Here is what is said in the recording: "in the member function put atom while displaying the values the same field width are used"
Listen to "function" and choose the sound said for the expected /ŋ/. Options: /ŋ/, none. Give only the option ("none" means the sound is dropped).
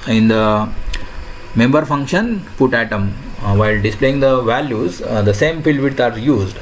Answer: /ŋ/